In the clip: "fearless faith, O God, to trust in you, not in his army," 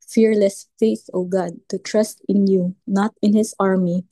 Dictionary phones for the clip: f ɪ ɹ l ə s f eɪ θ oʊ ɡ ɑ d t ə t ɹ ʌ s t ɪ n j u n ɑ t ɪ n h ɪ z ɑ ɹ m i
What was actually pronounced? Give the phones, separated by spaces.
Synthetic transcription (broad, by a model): f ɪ ɹ l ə s f eɪ θ oʊ ɡ ɑ d t ə t ɹ ʌ s t ɪ n j u n ɑ t ɪ n h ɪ s ɑ ɹ m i